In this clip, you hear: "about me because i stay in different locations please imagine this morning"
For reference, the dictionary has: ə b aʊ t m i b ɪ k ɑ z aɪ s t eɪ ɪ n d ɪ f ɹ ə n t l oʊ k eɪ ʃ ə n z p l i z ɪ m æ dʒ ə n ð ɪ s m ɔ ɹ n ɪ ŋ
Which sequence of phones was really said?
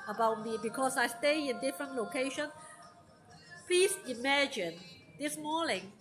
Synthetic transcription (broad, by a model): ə b aʊ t m i b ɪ k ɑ s aɪ s t eɪ ɪ n d ɪ f ɹ ə n t l oʊ k eɪ ʃ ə n p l i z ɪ m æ dʒ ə n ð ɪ s m ɔ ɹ n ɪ ŋ